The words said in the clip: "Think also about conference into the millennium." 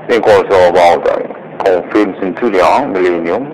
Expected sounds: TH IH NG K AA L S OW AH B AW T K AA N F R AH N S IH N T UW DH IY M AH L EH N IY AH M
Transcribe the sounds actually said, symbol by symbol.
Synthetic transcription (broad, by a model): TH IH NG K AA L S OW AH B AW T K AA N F AH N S IH N T UW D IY M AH L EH N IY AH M